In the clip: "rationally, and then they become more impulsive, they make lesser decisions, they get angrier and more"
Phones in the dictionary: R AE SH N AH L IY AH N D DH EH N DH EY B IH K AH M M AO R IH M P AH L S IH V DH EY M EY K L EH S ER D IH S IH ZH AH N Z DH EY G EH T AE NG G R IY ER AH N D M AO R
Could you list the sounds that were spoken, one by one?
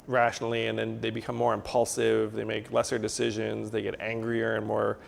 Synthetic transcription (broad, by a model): R AE SH N L IY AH N DH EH N DH EY B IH K AH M M AO R IH M P AH L S IH V DH EY M EY K L EH S ER D IH S IH ZH AH N Z DH EY G EH T AE NG G R IY ER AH N M AO R